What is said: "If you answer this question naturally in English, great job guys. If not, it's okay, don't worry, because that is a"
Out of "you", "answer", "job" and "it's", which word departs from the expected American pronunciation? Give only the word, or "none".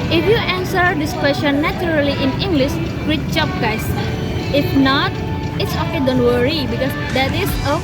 job